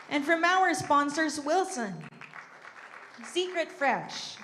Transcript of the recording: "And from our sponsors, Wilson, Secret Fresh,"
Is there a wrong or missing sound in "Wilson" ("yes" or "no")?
no